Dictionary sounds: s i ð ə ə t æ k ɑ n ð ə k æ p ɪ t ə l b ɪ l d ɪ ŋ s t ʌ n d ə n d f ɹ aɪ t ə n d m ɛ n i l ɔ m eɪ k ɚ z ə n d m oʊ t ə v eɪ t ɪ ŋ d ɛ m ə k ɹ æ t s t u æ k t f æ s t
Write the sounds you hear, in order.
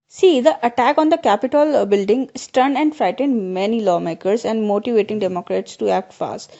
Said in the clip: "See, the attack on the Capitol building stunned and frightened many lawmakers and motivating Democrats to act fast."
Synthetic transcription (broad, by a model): s i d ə ə t æ k ɑ n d ə k æ p ɪ t ə l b ɪ l d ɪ ŋ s t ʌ n ə n d f ɹ aɪ t ə n d m ɛ n i l ɔ m eɪ k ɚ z ə n d m oʊ t ə v eɪ t ɪ ŋ d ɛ m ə k ɹ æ t s t u æ k t f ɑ s t